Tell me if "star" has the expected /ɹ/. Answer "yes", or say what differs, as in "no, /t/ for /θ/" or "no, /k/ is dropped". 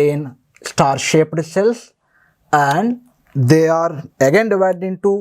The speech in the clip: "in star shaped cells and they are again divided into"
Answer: yes